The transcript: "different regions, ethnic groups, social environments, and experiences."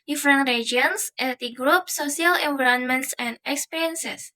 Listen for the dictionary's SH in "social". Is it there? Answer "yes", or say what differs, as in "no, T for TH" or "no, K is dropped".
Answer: no, SH is dropped